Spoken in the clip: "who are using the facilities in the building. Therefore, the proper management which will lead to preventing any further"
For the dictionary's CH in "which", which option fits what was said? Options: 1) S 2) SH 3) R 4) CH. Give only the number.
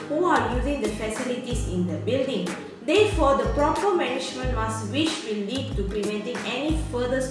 1